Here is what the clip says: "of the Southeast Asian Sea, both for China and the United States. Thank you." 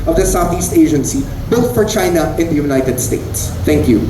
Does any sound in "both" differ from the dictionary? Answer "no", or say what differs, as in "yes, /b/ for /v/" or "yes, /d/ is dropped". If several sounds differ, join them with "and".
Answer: yes, /t/ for /θ/